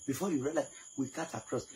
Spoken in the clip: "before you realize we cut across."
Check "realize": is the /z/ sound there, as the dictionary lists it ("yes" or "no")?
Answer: no